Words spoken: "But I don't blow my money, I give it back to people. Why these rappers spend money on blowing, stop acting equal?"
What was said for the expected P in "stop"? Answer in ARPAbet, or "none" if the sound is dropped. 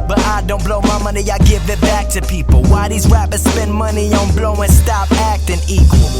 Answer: P